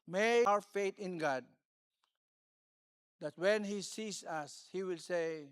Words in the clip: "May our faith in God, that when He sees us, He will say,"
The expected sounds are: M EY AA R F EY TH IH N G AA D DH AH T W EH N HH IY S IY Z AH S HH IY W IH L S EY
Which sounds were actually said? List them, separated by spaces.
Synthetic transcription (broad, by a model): M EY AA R F EY T IH N G AA D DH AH T W EH N HH IY S IY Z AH S HH IY W IH L S EY